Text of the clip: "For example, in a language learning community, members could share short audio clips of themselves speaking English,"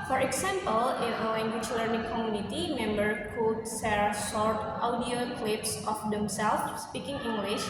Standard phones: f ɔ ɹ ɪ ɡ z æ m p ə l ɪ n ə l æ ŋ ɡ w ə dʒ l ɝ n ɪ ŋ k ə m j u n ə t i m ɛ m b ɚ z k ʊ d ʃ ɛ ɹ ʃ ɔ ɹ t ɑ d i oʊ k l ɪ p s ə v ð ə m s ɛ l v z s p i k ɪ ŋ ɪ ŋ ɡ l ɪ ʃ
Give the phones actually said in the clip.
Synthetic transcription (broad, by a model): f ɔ ɹ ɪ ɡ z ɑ m p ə l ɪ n ə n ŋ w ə tʃ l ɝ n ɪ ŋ k ə m j u n ə t i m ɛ m b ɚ k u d s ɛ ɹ s ɔ ɹ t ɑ d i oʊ k l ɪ p s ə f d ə m s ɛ l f s p i k ɪ ŋ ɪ ŋ ɡ l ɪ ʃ